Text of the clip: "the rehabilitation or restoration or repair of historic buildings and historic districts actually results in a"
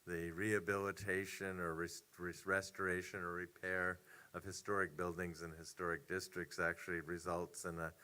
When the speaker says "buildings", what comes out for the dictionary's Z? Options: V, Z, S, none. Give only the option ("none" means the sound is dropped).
Z